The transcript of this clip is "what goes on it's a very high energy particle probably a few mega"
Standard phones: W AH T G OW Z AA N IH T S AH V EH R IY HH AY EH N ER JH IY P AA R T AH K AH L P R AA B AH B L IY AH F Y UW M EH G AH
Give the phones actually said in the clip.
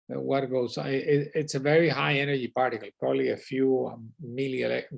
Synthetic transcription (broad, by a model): W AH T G OW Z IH IH T S AH V EH R IY HH AY EH N ER JH IY P AA R T AH K AH L P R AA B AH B L IY AH F Y UW M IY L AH